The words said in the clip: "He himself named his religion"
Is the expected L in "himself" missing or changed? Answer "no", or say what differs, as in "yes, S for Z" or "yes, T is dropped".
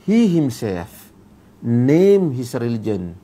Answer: yes, L is dropped